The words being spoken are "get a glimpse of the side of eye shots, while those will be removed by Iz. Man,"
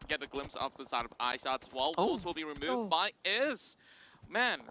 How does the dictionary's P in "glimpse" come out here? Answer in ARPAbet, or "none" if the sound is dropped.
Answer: P